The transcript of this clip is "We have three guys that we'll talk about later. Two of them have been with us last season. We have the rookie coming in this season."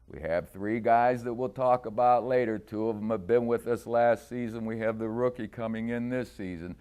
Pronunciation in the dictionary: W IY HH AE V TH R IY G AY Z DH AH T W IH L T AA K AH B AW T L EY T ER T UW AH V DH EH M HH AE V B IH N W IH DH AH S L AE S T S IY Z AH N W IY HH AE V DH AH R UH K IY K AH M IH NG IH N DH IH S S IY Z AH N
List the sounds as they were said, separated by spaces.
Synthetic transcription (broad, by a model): W IY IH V TH R IY G AY Z DH AH T W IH L T AA K AH B AW T L EY T ER T UW AH V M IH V B IH N W IH DH AH S L AE S T S IY Z AH N W IY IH V DH AH R UH K IY K AH M IH NG IH N DH IH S S IY Z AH N